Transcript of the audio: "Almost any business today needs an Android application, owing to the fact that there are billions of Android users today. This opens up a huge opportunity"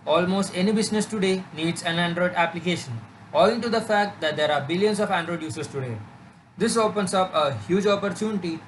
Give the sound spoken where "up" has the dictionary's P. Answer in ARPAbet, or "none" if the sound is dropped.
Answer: P